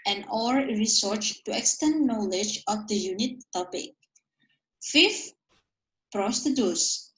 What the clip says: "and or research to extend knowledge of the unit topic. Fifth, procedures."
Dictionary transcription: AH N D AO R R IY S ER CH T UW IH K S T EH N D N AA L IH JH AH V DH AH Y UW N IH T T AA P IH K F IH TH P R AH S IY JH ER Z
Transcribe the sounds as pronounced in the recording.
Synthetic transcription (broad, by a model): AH N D AO R R IY S ER CH T UW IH K S T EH N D N AA L IH JH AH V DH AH Y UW N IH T T AA P IH K F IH F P R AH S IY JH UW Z